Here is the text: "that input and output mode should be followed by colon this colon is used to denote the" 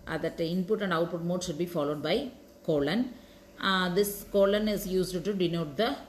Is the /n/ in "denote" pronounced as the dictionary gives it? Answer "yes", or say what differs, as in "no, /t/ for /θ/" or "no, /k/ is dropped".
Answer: yes